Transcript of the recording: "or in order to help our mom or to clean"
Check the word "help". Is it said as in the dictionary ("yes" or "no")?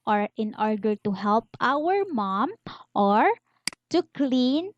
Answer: yes